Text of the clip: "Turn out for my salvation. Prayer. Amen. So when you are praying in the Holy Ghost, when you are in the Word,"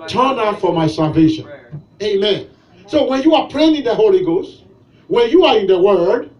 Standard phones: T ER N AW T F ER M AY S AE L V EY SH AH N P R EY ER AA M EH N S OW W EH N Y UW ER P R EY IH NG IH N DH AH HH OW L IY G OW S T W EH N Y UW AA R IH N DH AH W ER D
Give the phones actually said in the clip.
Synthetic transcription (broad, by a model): T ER N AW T F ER M AY S AE L V EY SH AH N EY AA M EH N S OW W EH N Y UW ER P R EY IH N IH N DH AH HH OW L IY G OW S T W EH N Y UW AA R IH N DH AH W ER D